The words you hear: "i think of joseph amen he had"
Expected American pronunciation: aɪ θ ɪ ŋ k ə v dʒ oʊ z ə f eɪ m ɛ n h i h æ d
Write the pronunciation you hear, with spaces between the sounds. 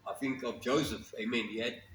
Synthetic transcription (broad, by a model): aɪ θ ɪ ŋ k ə v dʒ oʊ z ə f eɪ m ɛ n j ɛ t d